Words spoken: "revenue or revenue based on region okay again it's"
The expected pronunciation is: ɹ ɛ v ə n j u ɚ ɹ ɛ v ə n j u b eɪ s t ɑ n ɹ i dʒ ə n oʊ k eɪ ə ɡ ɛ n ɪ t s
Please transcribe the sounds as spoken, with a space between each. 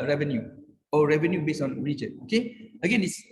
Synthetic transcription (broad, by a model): ɹ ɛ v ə n j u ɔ ɹ ɛ v ə n j u b eɪ s t ɑ n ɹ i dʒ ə oʊ k eɪ ə ɡ ɛ n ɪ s